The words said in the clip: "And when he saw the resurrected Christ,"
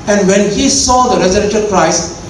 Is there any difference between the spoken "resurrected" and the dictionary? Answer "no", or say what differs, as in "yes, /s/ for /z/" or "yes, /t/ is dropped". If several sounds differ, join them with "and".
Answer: yes, /k/ is dropped